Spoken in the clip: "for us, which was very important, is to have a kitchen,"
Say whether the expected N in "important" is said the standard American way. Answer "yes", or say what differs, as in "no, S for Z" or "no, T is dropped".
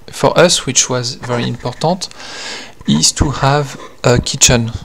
no, N is dropped